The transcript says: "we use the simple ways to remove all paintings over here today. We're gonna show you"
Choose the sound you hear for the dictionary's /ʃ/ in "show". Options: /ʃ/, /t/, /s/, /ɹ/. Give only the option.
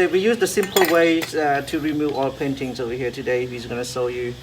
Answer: /s/